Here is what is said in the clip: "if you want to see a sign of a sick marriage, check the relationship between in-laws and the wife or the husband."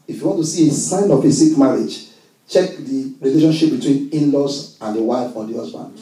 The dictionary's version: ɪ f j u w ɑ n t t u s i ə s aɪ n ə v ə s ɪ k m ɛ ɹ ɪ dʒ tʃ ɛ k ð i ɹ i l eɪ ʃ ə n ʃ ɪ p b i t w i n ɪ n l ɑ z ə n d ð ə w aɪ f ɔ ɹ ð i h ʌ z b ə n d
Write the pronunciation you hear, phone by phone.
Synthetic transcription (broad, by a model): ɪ f j u w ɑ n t t u s i ə s aɪ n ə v ə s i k m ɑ ɹ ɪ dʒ tʃ ɛ k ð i ɹ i l eɪ ʃ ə n ʃ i p b i t w i n ɪ n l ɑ s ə n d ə w aɪ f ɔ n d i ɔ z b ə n